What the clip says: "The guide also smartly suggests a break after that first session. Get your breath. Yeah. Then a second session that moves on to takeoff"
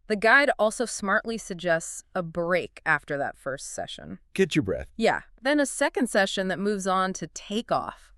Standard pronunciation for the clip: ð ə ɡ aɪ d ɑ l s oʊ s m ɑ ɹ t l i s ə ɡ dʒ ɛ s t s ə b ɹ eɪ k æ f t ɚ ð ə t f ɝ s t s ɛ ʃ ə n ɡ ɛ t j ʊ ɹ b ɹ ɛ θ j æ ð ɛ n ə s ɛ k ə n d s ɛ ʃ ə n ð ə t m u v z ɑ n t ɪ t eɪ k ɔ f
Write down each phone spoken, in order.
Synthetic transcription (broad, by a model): ð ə ɡ aɪ d ɑ l s oʊ s m ɑ ɹ t l i s ə ɡ dʒ ɛ s t s ə b ɹ eɪ k æ f t ɚ ð ə t f ɝ s t s ɛ ʃ ə n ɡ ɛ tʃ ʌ ɹ b ɹ ɛ θ j æ ð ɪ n ə s ɛ k ə n d s ɛ ʃ ə n ð ə t m u v z n t ɪ t eɪ k ɔ f